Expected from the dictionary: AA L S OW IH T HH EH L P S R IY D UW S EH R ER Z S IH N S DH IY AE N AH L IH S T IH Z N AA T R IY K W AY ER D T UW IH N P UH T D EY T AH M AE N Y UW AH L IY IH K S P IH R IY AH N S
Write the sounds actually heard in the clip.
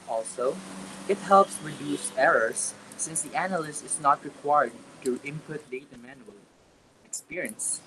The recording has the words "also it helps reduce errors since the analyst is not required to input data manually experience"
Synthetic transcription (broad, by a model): AA L S OW IH T HH EH L P S R IY D UW S EH R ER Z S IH N S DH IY AE N AH L IH S T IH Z N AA T R IY K W AY ER D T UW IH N P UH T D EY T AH M AE N Y UW AH L IY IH K S P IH R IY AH N S